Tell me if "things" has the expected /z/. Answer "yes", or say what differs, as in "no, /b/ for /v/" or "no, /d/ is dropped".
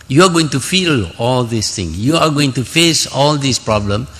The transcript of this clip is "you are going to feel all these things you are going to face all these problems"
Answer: no, /z/ is dropped